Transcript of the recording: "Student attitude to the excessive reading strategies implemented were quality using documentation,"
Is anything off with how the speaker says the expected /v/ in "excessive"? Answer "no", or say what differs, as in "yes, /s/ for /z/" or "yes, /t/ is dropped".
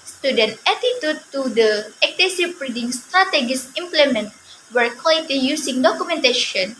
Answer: yes, /p/ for /v/